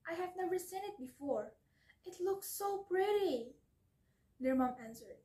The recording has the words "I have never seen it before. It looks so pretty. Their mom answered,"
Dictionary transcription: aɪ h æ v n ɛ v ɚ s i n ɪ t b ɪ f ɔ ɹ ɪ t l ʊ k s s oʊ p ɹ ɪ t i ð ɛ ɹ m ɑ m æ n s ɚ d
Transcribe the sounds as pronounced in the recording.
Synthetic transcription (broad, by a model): aɪ h æ v n ɛ v ɚ s i n ɪ t b ɪ f ɔ ɹ ɪ t l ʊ k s s oʊ p ɹ ɪ t i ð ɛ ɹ m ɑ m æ n s ɚ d